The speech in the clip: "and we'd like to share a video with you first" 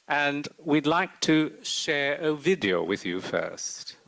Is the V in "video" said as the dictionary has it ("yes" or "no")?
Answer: yes